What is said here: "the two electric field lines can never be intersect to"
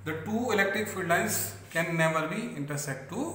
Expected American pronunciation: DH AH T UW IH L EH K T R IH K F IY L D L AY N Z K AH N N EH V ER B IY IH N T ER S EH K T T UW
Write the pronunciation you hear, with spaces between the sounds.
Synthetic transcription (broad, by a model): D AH T UW IH L EH K T R IH K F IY L D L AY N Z K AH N N EH V ER B IY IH N T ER S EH T T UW